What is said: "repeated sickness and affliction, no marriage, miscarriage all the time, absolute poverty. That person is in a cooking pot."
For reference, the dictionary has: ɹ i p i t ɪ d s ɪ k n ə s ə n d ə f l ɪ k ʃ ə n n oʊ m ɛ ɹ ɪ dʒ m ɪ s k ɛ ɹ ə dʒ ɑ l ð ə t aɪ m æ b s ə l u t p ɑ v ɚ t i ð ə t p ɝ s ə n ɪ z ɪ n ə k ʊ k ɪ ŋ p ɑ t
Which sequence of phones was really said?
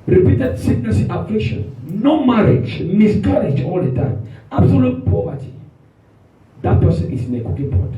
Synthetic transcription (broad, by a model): ɹ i p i t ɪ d s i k n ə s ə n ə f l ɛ ʃ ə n n oʊ m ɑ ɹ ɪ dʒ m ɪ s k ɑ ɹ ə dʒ ɑ l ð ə t aɪ m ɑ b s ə l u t p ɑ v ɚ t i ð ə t p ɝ s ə n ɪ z ɪ n ə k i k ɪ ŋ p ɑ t